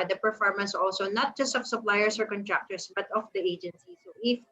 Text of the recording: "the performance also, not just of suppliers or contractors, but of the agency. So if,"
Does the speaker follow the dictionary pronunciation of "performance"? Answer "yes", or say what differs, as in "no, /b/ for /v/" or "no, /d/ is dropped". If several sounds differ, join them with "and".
yes